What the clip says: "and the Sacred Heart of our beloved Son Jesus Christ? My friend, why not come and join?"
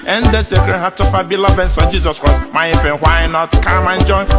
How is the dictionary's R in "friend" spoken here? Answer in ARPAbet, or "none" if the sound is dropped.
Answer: none